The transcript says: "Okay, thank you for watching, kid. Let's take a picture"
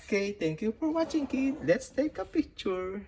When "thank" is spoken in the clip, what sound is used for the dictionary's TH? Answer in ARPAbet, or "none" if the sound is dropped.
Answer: T